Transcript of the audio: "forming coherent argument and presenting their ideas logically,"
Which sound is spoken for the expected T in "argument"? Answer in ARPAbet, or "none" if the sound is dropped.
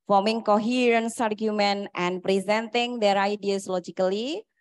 T